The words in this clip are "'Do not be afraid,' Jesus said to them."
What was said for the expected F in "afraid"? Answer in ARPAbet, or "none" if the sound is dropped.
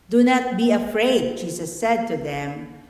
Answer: F